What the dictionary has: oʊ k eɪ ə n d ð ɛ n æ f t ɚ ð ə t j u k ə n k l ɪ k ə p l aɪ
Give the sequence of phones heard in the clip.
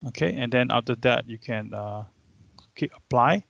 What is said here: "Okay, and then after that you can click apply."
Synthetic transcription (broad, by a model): oʊ k eɪ ə n d ɛ n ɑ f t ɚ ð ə t j u k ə n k i ə p l aɪ